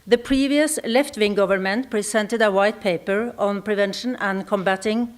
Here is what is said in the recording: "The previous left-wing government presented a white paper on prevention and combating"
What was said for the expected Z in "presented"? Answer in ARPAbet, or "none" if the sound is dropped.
S